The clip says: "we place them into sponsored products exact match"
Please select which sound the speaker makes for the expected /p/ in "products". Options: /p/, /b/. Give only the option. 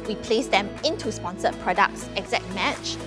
/p/